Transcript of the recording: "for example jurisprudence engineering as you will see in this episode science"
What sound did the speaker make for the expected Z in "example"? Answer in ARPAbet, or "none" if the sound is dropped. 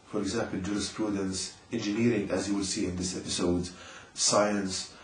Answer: Z